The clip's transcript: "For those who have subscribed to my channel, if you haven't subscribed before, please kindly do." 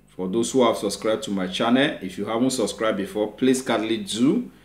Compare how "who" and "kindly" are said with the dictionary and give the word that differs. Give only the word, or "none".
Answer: kindly